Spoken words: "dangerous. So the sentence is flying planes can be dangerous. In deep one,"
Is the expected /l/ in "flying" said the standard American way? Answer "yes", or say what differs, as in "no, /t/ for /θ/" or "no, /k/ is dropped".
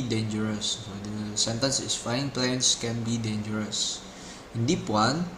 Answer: no, /l/ is dropped